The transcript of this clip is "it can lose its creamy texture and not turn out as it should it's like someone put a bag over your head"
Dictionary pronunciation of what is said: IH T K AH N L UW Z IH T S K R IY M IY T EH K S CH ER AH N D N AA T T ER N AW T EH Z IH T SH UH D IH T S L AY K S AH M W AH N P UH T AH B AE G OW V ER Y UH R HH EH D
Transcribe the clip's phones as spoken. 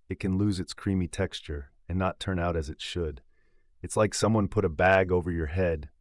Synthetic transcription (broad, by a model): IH T K AH N L UW Z IH T S K R IY M IY T EH K S CH ER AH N N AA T T ER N AW T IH Z IH T SH UH D IH T S L AY K S AH M W AH N P UH T AH B AE G OW V ER Y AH R HH EH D